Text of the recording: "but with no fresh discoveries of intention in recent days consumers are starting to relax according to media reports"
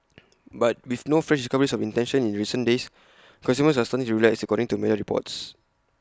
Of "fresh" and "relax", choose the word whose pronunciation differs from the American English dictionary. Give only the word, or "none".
relax